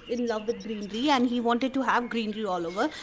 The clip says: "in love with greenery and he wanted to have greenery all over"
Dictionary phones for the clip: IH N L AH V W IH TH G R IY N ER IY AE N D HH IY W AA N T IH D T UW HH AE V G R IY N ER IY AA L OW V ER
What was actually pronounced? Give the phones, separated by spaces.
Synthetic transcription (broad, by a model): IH N L AH V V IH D G R IY N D IY AE N D HH IY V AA N T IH D T UW HH AE V G R IY N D IY AA L OW V ER